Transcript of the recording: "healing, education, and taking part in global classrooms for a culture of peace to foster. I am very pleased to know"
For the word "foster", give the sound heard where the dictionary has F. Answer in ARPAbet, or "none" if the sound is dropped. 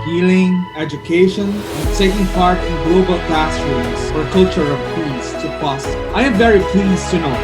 P